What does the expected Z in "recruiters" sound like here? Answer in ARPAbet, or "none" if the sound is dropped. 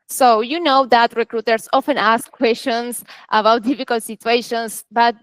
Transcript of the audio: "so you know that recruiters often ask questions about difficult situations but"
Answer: S